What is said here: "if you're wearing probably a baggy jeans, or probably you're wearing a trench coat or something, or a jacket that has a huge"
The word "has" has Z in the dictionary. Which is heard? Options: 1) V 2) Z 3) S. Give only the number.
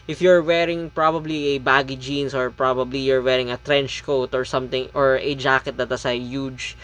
3